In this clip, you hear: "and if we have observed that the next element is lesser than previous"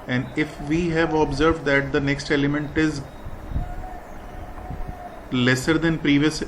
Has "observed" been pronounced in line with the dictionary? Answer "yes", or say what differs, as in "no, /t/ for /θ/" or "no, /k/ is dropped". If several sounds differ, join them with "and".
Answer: yes